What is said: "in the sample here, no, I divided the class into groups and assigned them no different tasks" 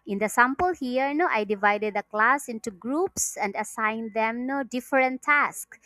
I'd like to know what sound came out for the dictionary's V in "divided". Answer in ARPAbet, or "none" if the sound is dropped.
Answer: V